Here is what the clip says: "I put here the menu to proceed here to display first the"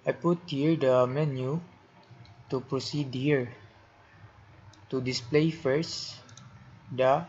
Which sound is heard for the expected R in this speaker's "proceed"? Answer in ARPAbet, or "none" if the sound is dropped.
R